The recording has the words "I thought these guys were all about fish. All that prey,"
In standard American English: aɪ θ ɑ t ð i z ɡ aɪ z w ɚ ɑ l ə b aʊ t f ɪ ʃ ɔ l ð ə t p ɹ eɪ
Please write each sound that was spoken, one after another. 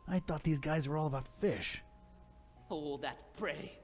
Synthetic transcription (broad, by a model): aɪ θ ɑ t ð i z ɡ aɪ z w ɚ ɑ l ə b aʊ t f ɪ ʃ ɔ ð ə t p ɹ eɪ